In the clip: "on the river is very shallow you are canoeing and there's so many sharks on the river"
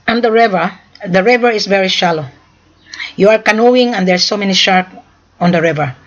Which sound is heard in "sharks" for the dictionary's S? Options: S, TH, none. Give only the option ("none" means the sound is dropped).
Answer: none